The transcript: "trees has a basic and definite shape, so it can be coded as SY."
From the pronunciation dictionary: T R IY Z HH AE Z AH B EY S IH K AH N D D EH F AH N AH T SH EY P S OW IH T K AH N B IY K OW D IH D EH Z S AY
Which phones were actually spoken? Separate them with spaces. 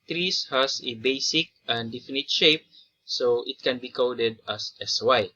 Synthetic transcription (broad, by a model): T R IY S HH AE S AH B EY S IH K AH N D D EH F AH N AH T SH EY P S OW IH T K AH N B IY K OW D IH D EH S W AY